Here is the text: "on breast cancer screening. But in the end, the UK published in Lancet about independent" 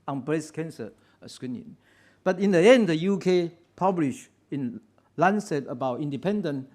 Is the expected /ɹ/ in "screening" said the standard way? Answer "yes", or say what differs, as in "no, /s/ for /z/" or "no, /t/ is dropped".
no, /w/ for /ɹ/